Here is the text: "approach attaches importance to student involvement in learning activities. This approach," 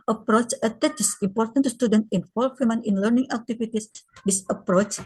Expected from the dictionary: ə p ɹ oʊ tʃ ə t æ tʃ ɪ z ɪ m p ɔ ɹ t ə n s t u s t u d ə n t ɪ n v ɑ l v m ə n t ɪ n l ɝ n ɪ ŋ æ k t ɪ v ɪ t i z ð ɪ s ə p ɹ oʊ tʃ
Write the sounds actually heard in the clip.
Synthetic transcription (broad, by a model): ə p ɹ oʊ tʃ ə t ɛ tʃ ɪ s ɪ m p ɔ ɹ t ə n t u s t u d ə n t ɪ n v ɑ l w m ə n ɪ n l ɝ n ɪ ŋ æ k t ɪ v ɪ t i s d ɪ s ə p ɹ oʊ tʃ